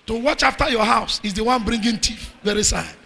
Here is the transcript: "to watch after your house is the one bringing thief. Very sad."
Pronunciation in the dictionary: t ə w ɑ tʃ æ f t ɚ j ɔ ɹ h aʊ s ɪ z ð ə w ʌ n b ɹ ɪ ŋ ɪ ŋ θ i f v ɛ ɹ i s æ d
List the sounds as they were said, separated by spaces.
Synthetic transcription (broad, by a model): t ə w ɑ tʃ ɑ f t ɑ j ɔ h aʊ s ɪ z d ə w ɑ n b ɹ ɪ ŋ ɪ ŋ t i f v ɛ ɹ i s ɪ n